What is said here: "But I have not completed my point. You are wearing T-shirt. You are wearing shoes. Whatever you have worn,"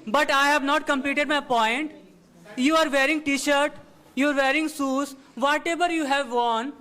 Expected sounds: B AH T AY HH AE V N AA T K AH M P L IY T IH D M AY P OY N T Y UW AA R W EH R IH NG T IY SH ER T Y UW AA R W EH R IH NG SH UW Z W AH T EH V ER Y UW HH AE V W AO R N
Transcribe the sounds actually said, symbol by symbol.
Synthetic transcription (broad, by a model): B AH T AY HH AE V N AA T K AH M P L IY T IH D M AY P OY N T Y UW AA R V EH R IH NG T IY SH ER T Y UW AA R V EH R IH NG S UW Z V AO T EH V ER Y UW HH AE V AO N